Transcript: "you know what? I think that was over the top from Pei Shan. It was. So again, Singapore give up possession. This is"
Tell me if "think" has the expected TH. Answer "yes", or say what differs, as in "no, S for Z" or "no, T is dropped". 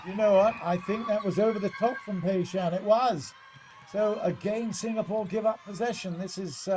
yes